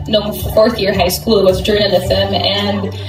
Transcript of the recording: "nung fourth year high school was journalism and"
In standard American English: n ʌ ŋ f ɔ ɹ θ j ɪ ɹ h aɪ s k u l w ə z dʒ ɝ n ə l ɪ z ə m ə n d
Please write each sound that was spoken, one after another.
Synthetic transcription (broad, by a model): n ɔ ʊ f ɔ ɹ θ j ɪ ɹ h aɪ s k u l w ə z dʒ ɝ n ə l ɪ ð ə m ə n